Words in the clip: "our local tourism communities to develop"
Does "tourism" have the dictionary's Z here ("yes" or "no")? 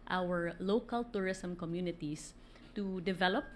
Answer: no